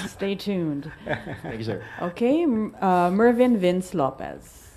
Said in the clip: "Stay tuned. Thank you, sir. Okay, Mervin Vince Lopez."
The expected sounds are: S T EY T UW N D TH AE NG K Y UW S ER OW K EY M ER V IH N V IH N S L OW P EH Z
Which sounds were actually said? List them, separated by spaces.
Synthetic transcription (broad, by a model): S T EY T UW N D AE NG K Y OW K EY M ER V IH N V IH N S L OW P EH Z